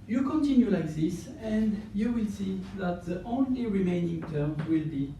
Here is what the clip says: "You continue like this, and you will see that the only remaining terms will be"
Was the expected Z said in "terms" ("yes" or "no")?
no